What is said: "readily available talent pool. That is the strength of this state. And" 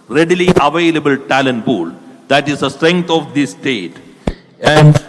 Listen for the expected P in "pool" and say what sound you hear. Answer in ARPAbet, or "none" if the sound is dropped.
B